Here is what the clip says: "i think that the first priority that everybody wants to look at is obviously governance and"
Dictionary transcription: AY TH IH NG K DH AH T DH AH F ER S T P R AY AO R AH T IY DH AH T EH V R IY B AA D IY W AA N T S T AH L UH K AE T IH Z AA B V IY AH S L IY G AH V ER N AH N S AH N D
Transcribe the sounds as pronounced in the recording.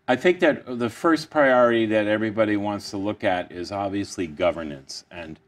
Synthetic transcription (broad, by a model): AY TH IH NG K DH AH T DH AH F ER S P R AY AO R AH T IY DH AH T EH V R IY B AA D IY W AA N T S T AH L UH K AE T IH Z AA B V IY AH S L IY G AH V ER N AH N S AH N